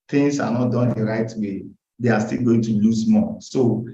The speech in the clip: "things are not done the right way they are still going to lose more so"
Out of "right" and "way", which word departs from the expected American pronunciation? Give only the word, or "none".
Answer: none